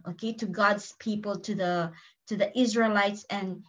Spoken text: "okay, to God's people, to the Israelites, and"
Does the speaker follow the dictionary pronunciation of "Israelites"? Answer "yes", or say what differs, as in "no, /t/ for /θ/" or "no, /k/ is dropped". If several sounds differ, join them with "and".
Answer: yes